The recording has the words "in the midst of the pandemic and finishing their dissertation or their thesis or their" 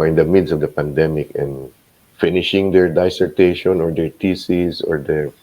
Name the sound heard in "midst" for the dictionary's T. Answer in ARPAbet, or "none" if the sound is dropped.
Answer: none